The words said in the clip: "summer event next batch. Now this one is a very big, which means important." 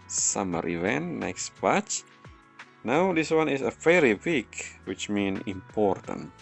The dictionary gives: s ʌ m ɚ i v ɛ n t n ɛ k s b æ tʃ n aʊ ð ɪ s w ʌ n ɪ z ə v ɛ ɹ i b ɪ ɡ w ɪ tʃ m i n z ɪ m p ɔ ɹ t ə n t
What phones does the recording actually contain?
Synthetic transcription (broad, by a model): s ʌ m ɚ i v ɛ n t n ɛ k s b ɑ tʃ n aʊ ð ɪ s w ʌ n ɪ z ə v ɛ ɹ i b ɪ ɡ w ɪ tʃ m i n ɪ m p ɔ ɹ t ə n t